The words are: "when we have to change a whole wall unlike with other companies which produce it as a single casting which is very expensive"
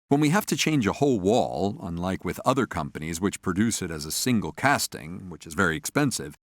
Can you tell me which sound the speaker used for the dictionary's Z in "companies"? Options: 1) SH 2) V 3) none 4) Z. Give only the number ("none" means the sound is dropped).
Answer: 4